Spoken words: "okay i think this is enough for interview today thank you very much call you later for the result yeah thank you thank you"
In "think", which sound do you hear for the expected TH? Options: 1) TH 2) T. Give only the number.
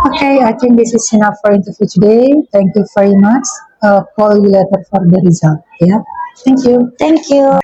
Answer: 2